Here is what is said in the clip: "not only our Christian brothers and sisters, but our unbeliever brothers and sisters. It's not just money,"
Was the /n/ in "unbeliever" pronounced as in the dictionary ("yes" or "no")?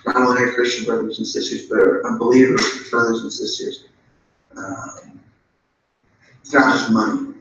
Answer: no